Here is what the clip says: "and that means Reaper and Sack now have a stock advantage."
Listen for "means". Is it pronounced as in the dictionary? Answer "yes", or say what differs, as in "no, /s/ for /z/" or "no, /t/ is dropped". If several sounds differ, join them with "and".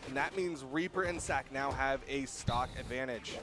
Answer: yes